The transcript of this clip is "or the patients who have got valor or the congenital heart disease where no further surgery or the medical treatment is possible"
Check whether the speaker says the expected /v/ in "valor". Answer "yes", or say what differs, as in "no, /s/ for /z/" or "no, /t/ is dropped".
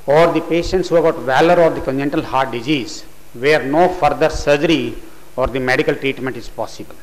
yes